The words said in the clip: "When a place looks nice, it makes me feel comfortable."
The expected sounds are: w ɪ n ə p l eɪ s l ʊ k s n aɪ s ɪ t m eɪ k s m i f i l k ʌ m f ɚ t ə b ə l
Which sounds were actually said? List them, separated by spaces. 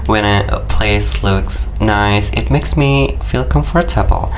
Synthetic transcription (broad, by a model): w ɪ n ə p l eɪ s l ʊ k s n aɪ s ɪ t m eɪ k s m i f i l k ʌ m f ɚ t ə b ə l